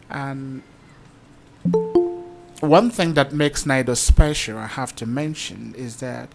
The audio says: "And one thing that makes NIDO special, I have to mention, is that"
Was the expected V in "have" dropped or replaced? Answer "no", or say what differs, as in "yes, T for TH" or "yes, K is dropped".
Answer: yes, F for V